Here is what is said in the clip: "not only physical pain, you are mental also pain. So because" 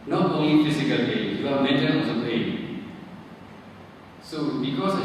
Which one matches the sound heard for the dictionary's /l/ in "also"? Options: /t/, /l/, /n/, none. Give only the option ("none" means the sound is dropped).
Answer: none